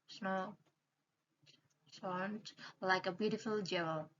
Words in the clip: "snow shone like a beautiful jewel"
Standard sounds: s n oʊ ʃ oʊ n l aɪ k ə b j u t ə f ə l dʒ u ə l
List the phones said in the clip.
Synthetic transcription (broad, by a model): s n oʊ s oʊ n l aɪ k ə b j u t ə f ə l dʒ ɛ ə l